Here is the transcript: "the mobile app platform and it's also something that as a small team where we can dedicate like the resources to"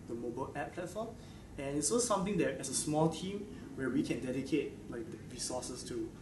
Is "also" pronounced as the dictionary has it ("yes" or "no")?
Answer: no